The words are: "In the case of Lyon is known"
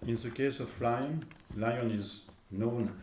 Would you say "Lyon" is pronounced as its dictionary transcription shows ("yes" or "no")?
yes